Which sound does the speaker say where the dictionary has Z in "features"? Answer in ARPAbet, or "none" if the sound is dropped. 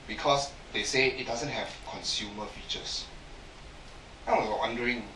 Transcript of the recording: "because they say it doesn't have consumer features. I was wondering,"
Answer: S